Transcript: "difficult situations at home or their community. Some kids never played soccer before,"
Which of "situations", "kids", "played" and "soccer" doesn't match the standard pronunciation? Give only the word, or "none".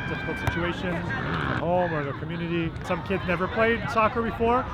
none